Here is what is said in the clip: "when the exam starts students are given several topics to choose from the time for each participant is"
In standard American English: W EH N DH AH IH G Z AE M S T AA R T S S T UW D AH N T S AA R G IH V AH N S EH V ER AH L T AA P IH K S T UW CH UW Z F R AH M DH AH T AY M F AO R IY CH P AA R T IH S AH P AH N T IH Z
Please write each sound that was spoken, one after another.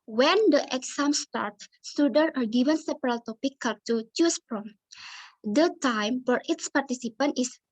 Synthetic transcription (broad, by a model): W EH N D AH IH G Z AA M S T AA R T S S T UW D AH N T AA R G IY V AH N S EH P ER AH L T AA P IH K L T UW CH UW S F R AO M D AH T AY M F AO R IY S P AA R T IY S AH P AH N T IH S